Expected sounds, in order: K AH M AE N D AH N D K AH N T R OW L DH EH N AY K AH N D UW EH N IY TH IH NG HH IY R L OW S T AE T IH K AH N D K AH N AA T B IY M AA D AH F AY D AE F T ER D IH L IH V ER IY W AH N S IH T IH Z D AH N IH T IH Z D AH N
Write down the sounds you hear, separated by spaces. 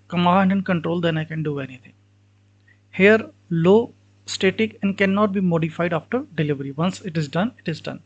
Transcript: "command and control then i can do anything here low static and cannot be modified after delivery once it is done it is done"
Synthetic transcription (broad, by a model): K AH M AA N D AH N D K AH N T R OW L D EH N AY K AH N D UW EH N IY T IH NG HH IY R L OW S T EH T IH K AH N D K AH N AA T B IY M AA D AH F AY D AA F T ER D IH L IH V ER IY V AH N S IH T IH Z D AH N IH T IH Z D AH N